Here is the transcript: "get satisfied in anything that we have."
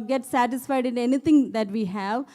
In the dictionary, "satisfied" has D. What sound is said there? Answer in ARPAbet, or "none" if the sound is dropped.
D